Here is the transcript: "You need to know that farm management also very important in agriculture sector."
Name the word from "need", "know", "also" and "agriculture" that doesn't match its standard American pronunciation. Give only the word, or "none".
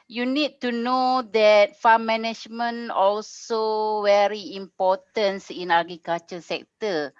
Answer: agriculture